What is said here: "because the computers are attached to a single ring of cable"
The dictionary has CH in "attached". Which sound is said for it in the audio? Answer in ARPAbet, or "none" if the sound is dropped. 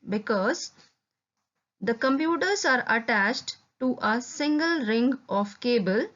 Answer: CH